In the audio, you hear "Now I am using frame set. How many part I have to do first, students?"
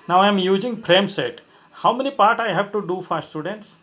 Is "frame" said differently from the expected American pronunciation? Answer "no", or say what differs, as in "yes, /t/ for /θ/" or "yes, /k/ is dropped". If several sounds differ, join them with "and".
yes, /p/ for /f/